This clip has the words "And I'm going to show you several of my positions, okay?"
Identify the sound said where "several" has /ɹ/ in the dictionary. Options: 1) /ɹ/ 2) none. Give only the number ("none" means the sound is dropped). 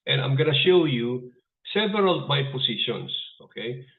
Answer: 2